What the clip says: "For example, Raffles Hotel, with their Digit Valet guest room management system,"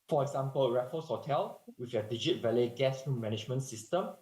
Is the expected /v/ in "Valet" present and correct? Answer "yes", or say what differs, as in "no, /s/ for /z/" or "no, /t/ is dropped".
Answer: yes